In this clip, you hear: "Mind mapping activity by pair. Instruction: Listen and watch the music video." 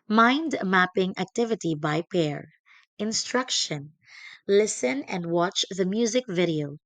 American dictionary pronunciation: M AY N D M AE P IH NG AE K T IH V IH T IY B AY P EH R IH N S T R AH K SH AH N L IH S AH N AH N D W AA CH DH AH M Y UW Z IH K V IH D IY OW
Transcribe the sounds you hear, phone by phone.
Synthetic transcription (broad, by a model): M AY N D M AE P IH NG AE K T IH V IH T IY B AY P EH R IH N S T R AH K SH AH N L IH S AH N AH N D W AA CH DH AH M Y UW Z IH K V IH D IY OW